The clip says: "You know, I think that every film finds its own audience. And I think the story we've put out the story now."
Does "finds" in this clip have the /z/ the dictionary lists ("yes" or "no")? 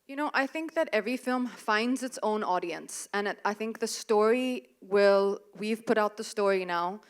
yes